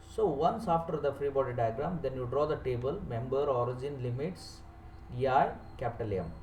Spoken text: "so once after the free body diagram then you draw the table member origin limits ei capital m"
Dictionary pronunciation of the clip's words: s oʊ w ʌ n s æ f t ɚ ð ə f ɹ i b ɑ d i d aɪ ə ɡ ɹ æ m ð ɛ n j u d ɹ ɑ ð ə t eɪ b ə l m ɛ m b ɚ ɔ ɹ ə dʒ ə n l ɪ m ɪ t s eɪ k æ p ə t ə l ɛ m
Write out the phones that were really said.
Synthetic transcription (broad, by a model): s oʊ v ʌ n s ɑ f t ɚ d ə f ɹ i b ɑ d i d aɪ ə ɡ ɹ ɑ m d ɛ n j u d ɹ ɑ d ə t eɪ b ə l m ɛ m b ɚ ɔ ɹ ə dʒ ə n l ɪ m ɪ t s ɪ k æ p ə t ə l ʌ m